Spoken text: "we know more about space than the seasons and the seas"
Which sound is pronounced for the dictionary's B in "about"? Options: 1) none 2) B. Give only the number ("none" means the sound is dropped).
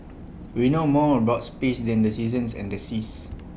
1